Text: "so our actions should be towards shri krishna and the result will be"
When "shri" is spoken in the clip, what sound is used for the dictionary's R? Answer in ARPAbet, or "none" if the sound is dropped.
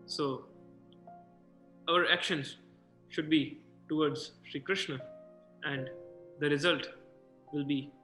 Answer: R